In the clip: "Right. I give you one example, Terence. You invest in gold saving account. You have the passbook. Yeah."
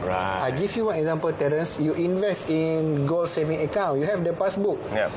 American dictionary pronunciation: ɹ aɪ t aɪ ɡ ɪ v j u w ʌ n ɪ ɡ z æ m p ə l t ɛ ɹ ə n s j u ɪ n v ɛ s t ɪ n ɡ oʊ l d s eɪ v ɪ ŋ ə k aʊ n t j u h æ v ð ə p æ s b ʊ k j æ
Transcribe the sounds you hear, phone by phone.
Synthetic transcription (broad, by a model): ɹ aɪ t aɪ ɡ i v j u w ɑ n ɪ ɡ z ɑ m p ə l t ɛ ɹ ə n s j u ɪ n v ɛ s t ɪ n ɡ oʊ l s eɪ v ɪ ŋ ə k aʊ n j u h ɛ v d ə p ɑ s b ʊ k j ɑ